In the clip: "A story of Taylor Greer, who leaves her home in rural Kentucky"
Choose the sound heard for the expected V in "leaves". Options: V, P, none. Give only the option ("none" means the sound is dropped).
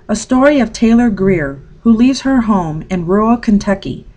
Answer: V